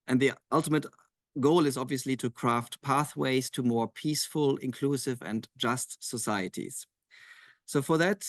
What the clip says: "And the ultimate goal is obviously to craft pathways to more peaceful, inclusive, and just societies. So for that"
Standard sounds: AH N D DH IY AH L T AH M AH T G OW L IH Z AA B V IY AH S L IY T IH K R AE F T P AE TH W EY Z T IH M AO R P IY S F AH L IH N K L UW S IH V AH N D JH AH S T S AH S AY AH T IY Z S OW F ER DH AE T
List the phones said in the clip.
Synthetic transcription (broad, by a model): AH N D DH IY AH L T AH M AH T G OW L IH Z AA B V IY AH S L IY T IH K R AE F T P AE TH W EY Z T IH M AO R P IY S F AH L IH N K L UW S IH V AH N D JH AH S T S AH S AY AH T IY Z S OW F ER DH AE T